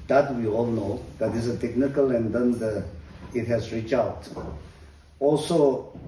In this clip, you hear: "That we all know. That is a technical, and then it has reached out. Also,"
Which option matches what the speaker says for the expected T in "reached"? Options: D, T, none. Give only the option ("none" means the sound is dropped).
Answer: none